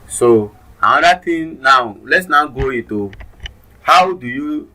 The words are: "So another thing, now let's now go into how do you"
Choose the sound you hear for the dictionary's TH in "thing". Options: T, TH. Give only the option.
T